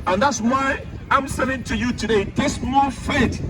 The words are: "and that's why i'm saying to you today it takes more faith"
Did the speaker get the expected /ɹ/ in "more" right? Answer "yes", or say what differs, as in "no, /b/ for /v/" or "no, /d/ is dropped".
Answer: no, /l/ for /ɹ/